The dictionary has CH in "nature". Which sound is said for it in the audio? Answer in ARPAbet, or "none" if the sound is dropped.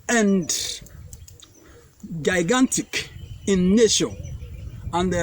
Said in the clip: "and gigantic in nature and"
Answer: SH